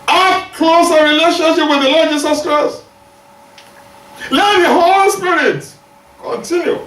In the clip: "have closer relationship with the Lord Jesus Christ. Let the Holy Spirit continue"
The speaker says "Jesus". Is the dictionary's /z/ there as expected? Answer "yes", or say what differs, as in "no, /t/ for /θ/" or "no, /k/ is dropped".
no, /s/ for /z/